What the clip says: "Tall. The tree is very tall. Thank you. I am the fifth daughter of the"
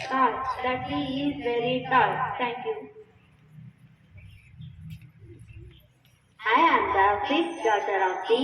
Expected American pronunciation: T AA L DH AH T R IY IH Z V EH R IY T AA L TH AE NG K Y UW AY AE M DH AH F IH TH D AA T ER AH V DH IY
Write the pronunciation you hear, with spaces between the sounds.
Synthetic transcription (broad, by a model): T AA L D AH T L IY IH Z V EH R IY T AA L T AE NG K Y UW AY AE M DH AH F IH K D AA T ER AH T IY